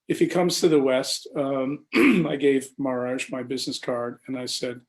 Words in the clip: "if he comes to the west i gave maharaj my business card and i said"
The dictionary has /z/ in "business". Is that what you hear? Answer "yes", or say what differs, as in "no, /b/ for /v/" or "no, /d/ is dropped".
yes